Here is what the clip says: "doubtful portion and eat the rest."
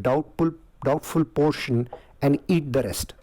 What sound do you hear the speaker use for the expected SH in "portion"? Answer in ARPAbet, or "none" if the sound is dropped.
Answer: SH